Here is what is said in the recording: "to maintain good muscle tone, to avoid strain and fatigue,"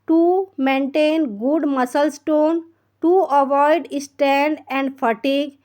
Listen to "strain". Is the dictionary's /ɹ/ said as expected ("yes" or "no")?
no